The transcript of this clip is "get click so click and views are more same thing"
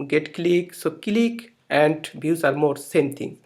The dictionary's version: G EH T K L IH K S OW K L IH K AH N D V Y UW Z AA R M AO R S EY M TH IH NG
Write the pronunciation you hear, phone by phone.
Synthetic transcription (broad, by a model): G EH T K L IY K S OW K L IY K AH N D B Y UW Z AA R M AO R S EY M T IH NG